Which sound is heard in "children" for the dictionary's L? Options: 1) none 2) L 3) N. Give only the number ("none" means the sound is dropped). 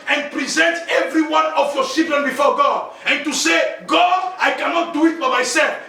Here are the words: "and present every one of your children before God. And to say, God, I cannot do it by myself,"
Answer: 1